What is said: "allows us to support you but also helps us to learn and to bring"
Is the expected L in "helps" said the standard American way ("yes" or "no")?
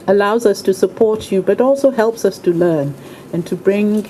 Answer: yes